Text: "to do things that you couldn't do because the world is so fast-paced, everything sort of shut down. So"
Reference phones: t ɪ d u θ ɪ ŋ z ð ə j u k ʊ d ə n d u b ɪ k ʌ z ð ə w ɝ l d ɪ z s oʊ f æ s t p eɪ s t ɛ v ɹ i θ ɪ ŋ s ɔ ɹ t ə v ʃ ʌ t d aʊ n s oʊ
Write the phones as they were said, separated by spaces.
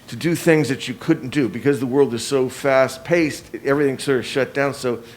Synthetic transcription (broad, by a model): t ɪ d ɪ θ ɪ ŋ z ð ə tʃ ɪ k ʊ d n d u b ɪ k ʌ z ð ə w ɝ l d ɪ z s oʊ f æ s t p eɪ s t ɛ v ɹ i θ ɪ ŋ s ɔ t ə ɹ ʃ ʌ t d aʊ n s oʊ